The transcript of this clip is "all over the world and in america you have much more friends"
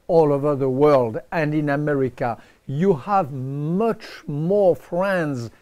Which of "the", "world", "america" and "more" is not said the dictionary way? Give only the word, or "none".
none